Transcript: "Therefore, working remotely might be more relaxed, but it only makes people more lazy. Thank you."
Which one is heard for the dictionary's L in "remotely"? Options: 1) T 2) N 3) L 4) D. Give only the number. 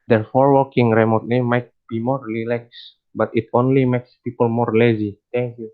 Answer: 2